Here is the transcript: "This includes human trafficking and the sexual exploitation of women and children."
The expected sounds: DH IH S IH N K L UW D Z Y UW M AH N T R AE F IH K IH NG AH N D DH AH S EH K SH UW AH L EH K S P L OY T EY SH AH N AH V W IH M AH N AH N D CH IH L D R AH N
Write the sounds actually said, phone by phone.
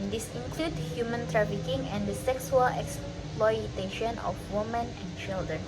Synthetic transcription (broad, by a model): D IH S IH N K L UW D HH Y UW M AH N T R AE F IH K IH NG AH N D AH S EH K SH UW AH L EH K S P L OY T EY SH AH N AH F W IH M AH N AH N CH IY L D R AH N